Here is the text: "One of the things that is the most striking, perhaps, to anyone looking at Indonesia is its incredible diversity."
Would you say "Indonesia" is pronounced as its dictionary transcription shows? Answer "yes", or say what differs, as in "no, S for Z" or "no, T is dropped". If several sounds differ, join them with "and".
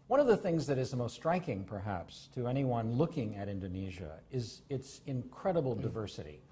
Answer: yes